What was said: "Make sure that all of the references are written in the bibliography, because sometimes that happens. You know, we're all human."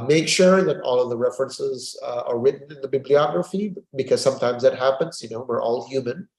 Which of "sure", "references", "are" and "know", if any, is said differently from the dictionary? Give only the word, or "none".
none